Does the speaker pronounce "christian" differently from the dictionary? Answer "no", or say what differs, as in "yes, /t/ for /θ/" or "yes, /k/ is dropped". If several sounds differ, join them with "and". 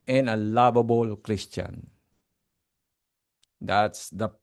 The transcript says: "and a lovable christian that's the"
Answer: no